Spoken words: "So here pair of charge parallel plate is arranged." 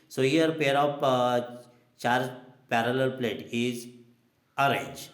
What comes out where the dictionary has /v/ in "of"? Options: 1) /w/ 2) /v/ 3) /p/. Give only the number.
3